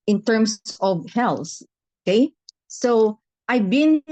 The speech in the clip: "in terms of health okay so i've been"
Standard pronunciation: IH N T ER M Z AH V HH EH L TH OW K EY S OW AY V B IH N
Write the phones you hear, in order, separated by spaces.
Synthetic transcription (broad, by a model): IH N T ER M S AH V HH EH L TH OW K EY S OW AY V B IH N